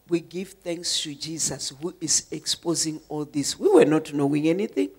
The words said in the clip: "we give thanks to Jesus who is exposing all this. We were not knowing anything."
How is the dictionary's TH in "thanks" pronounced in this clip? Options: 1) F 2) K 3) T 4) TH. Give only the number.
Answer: 4